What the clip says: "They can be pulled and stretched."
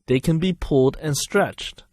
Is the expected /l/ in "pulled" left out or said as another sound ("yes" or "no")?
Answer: yes